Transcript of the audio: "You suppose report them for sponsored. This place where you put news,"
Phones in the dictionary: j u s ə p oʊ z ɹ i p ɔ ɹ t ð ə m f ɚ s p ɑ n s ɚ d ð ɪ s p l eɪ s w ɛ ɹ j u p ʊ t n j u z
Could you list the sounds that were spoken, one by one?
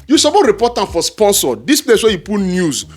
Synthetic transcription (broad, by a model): j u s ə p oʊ ɹ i p ɔ t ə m f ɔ s p ɑ n s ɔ d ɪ s p l eɪ s w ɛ j u p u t n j u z